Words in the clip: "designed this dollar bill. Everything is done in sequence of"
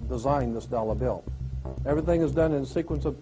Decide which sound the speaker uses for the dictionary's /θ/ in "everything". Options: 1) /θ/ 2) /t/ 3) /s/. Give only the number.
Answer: 1